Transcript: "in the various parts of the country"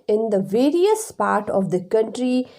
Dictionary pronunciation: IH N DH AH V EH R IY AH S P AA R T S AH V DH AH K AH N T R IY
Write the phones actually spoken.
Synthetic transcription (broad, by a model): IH N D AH V EH R IY AH S P AA R T AH V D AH K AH N T R IY